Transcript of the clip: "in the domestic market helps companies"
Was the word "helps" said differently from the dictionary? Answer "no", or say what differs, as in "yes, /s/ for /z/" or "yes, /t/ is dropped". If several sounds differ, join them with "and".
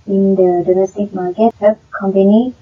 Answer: yes, /l/ is dropped and /s/ is dropped